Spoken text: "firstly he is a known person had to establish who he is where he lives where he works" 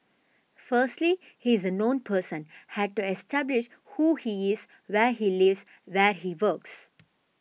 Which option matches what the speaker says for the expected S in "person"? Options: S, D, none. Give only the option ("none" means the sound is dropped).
S